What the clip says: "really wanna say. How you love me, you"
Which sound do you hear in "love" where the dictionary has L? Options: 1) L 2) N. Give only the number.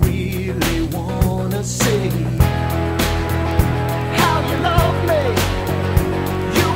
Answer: 2